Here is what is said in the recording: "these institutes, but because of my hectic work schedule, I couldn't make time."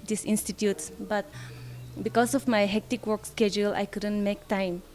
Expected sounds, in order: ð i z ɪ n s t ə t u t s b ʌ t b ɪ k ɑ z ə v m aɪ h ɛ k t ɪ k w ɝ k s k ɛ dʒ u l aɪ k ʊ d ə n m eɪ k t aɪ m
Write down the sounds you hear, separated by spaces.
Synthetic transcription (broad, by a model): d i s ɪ n s t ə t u t s b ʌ t b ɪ k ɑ s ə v m aɪ h ɛ k t ɪ k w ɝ k s k ɛ dʒ u l aɪ k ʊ d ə n m eɪ k t aɪ m